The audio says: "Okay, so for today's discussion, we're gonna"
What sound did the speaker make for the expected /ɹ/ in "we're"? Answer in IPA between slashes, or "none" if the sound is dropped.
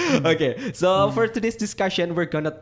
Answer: /ɹ/